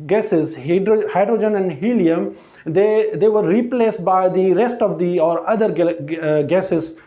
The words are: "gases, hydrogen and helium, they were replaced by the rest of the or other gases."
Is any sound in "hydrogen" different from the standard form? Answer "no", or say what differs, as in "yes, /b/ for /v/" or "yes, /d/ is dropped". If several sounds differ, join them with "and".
no